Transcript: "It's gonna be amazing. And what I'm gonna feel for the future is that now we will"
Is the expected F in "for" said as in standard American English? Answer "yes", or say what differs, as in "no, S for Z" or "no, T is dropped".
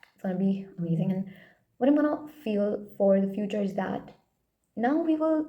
yes